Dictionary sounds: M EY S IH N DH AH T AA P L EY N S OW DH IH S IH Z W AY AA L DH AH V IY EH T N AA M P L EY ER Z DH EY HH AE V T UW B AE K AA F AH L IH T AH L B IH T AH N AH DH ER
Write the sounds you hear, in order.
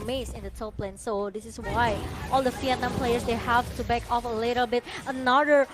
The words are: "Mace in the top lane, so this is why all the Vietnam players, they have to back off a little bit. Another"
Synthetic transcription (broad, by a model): M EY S IH N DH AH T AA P L EY N S OW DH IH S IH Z W AY AA L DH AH F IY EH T N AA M P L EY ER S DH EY HH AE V T UW B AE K AA F AH L IH T AH L B IH T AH N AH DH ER